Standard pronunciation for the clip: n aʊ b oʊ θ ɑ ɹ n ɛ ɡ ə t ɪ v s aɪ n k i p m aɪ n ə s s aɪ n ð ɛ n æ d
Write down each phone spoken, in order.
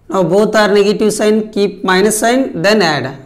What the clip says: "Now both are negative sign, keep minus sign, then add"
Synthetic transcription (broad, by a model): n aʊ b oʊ t ɑ ɹ n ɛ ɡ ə t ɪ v s aɪ n k i p m aɪ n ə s s aɪ n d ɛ n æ d